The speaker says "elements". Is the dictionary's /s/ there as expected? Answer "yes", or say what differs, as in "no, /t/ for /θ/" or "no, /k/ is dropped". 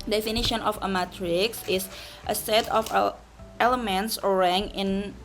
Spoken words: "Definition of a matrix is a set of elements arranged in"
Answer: yes